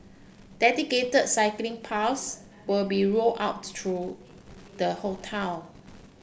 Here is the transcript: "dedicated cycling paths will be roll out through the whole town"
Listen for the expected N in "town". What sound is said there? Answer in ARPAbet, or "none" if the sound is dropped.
L